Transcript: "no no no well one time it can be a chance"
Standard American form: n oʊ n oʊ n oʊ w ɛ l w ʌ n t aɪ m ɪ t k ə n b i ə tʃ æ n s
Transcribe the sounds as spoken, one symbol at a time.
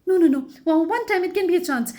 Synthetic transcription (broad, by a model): n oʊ n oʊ n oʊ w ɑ n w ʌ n t aɪ m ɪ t k ə n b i ə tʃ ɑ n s